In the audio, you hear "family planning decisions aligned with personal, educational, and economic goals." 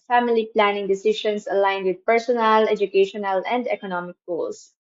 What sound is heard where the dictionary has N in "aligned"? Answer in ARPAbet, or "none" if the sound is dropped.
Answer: N